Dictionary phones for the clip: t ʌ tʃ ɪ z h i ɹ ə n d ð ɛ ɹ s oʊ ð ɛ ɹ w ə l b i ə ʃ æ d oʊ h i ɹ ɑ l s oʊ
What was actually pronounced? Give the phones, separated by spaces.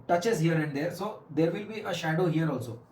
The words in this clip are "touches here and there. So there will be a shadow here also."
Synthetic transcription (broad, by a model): t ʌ tʃ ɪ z h i ɹ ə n d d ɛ ɹ s oʊ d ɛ ɹ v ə l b i ə ʃ æ d oʊ h i ɹ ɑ l s oʊ